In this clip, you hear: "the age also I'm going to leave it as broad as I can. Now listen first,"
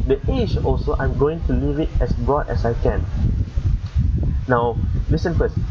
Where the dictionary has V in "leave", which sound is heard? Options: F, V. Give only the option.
V